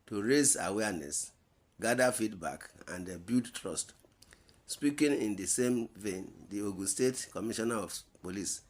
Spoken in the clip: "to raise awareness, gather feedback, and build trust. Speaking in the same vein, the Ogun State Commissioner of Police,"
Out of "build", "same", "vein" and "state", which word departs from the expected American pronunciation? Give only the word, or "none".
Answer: build